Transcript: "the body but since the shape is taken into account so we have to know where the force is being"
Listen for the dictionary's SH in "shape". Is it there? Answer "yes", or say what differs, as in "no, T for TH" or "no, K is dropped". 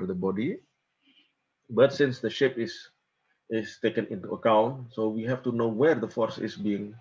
yes